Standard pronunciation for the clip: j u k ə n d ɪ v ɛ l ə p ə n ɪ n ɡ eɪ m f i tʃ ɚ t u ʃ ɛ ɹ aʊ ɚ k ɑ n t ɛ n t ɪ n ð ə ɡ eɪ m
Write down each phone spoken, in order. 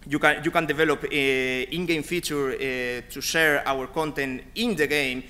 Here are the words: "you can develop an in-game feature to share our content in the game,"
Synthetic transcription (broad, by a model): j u k ə n d ɪ v ɛ l ə p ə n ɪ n ɡ eɪ m f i tʃ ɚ t u ʃ ɛ ɹ aʊ ɚ k ɑ n t ɛ n t ɪ n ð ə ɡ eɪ m